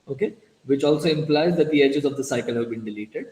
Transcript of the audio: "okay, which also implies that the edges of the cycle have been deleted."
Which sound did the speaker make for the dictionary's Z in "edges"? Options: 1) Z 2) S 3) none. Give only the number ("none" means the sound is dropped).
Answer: 1